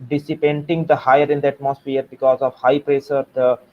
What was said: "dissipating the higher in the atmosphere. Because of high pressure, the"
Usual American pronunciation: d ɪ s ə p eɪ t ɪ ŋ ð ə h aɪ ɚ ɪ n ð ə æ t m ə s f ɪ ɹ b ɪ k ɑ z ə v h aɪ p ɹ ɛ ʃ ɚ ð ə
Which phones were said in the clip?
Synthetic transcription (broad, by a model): d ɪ s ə p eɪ t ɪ ŋ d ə h aɪ ɚ ɪ n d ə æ t m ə s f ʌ ɹ b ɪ k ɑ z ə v h aɪ p ɹ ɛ s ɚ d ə